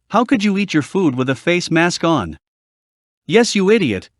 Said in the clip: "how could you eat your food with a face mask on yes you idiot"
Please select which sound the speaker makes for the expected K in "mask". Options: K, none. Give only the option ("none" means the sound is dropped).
K